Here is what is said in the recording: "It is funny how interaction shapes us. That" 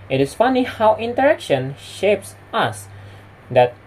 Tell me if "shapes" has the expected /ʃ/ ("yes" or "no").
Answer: yes